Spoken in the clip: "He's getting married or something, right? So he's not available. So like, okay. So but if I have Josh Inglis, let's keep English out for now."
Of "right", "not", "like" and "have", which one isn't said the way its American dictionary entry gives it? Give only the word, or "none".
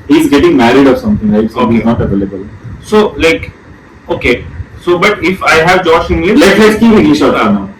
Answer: right